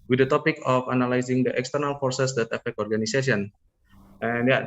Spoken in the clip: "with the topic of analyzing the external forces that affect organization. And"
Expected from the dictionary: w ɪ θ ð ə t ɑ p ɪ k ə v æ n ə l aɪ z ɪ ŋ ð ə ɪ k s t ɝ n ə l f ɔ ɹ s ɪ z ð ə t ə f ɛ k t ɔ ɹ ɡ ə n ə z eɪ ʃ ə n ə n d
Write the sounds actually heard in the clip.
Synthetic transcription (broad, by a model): w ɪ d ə t ɑ p ɪ k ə f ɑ n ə l aɪ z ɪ ŋ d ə ɪ k s t ɝ n ə l f ɔ ɹ s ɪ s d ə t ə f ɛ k ɔ ɹ ɡ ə n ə s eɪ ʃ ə n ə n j